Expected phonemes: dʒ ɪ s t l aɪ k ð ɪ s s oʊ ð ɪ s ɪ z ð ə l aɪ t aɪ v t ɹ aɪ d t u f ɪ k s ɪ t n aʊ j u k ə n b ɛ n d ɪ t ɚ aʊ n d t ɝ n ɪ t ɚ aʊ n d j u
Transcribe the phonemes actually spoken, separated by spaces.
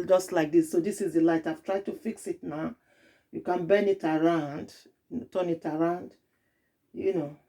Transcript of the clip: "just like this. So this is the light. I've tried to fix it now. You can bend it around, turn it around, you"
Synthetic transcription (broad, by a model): dʒ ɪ s t l aɪ k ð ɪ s s oʊ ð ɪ s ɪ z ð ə l aɪ t aɪ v t ɹ aɪ d t u f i k s ɪ t n aʊ j u k ə n b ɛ n ɪ t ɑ aʊ n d t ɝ n ɪ t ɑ aʊ n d j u